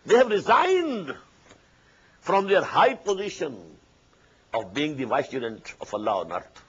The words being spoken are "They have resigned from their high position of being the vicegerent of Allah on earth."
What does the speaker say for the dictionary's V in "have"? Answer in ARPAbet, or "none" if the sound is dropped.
V